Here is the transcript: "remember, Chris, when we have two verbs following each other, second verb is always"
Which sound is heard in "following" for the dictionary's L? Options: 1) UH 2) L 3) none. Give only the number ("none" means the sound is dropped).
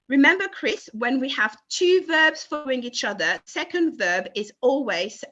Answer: 3